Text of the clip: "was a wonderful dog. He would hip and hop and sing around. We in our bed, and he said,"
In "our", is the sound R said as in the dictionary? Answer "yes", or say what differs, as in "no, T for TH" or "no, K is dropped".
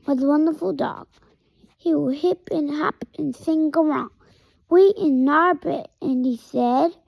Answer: yes